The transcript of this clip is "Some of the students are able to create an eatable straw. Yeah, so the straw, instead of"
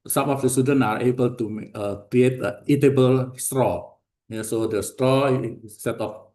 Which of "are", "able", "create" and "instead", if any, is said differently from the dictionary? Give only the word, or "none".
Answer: instead